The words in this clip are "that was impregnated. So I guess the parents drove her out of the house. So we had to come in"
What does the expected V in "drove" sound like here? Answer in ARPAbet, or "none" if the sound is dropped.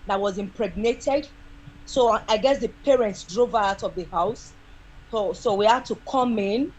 V